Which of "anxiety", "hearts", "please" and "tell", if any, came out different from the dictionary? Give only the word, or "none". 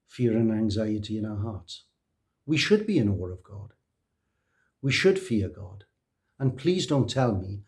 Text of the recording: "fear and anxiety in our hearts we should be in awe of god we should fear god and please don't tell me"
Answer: none